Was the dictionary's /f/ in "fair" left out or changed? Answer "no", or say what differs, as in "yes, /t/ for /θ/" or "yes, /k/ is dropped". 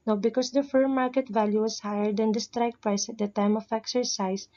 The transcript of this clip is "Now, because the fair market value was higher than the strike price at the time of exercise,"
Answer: no